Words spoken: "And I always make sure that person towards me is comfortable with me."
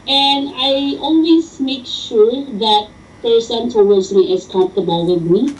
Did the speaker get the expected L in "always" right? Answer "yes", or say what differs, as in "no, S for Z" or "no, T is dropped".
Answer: no, N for L